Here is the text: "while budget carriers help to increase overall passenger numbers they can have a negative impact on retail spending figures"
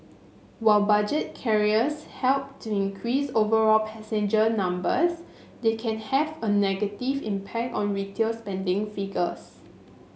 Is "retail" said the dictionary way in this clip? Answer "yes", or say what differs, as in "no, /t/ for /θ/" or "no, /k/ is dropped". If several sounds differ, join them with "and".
yes